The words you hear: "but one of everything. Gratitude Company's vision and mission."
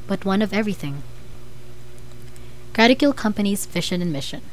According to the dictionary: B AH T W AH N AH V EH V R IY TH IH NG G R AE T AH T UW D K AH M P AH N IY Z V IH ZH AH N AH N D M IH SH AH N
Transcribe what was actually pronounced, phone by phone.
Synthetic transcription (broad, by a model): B AH T W AH N AH V EH V R IY TH IH NG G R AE T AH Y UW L K AH M P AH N IY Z F IH SH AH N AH N M IH SH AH N